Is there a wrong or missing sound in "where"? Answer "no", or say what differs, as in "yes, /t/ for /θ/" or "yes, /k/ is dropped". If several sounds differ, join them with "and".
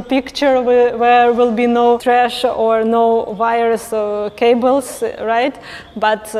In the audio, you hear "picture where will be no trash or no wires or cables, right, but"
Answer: yes, /w/ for /ɹ/